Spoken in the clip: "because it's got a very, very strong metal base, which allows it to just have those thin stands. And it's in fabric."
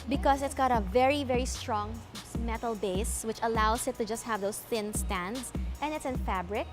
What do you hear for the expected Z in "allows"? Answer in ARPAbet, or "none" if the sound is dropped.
S